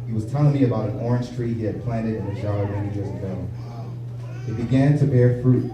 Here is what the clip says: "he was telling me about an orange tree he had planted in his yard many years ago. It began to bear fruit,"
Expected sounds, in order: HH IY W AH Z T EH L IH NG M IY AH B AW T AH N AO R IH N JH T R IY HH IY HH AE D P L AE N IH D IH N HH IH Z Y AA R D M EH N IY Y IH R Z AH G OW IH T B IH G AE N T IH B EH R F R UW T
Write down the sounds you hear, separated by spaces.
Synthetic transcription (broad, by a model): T W AH Z T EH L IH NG M IY AH B AW T AH N AO R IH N ZH T R IY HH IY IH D P L AE N IH D IH N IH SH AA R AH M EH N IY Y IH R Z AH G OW IH T B IH G AE N T IH B EH R F R UW T